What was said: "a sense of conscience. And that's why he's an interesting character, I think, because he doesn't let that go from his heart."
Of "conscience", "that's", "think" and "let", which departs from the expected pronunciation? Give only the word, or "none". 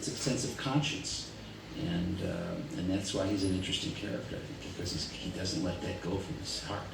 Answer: think